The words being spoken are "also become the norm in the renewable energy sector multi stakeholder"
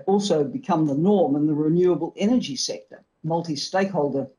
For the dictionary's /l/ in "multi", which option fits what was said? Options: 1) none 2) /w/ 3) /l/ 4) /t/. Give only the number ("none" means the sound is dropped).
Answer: 3